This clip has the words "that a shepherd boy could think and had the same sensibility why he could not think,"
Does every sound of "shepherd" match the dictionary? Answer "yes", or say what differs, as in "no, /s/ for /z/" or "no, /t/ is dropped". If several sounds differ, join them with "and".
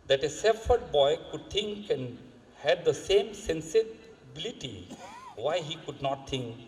no, /s/ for /ʃ/